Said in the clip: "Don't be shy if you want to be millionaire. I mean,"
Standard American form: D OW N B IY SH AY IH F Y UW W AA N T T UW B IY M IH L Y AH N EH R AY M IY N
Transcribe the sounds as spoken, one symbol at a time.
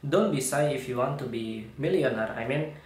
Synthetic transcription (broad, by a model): D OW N B IY S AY IH F Y UW W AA N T T UW B IY M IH L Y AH N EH R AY M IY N